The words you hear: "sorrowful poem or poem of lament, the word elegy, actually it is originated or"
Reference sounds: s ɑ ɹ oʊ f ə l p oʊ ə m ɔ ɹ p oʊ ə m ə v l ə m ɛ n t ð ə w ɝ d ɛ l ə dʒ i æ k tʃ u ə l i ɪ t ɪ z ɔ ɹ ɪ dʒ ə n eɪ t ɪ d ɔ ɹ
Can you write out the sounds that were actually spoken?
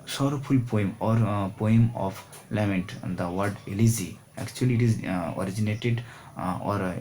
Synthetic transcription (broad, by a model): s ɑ ɹ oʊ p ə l p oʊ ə m ɔ ɹ p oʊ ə m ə p l ə m ɛ n t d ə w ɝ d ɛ l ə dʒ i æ k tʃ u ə l i t ɪ z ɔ ɹ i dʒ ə n eɪ t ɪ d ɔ ɹ